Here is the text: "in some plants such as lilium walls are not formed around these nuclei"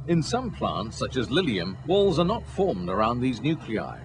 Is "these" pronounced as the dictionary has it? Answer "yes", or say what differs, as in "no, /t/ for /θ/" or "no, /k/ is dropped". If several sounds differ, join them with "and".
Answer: yes